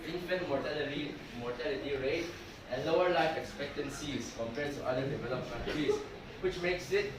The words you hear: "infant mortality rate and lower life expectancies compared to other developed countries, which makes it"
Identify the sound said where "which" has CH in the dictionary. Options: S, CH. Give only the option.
CH